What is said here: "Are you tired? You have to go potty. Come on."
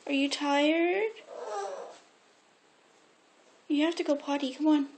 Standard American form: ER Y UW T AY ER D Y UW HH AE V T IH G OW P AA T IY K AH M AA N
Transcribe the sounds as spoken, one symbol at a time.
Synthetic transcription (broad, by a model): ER Y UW T AY ER D Y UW HH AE F T IH G OW P AA T IY K AH M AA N